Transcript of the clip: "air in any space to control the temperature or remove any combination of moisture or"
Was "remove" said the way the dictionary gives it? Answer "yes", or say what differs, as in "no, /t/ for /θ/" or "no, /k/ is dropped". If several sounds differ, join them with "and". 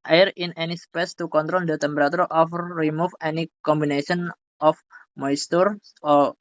no, /f/ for /v/